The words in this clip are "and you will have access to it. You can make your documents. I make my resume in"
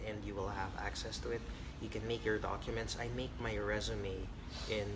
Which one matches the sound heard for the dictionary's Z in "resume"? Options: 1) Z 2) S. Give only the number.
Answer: 1